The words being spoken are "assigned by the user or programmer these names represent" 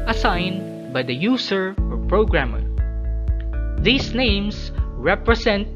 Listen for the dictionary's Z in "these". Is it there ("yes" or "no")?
no